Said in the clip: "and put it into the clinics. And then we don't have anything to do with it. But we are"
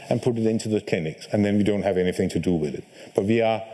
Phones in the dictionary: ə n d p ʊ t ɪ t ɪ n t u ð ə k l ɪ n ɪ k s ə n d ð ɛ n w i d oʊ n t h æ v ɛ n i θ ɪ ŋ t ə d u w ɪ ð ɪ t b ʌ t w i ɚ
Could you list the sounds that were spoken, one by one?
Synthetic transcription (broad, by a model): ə n p ʊ t ɪ t ɪ n t u ð ə k l ɪ n ɪ k s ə n ð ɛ n w i d oʊ n t h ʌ v ɛ n i θ ɪ ŋ t ə d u w ɪ ð ɪ t b ʌ t w i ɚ